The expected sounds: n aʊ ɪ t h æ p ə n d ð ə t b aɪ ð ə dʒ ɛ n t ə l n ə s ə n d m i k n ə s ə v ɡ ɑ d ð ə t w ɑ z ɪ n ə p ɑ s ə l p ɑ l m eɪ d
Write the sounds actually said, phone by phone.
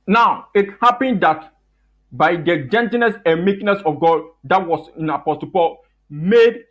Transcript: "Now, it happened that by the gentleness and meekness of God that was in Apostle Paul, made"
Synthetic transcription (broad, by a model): n aʊ ɪ t h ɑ p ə n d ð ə t b aɪ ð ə dʒ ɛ n t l n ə s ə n m i k n ə s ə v ɡ ɑ d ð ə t w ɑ s ɪ n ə p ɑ s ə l p ɑ l m eɪ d